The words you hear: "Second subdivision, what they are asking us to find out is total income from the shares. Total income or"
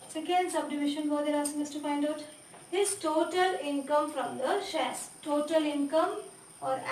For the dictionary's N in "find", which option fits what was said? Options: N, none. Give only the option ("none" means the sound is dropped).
N